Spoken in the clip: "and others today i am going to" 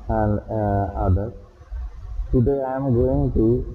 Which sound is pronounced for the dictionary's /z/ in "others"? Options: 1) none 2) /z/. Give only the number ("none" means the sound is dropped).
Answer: 1